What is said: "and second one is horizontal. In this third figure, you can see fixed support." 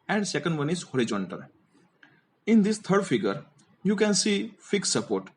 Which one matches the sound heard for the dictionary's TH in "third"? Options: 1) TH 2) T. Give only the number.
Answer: 2